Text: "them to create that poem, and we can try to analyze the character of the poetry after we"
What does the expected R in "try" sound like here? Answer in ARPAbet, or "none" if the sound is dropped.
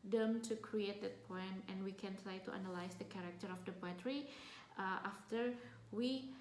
R